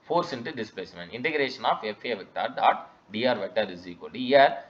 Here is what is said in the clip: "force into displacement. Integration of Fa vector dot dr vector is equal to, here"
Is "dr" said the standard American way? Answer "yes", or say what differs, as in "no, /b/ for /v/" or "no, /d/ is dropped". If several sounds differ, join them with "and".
no, /k/ is dropped